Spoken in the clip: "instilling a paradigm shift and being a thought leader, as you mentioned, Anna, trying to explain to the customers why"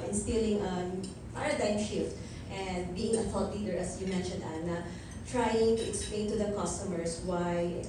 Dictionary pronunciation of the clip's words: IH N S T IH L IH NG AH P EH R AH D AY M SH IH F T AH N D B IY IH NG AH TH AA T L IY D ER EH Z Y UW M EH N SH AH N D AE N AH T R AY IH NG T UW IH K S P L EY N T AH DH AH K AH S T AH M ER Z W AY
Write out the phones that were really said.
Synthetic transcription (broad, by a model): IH N S T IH L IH NG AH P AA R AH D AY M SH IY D T AH N D B IY IH NG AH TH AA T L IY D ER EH S Y UW M EH N SH AH N D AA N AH T R AY IH NG T UW IH K S P L EY N T AH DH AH K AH S T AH M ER S W AY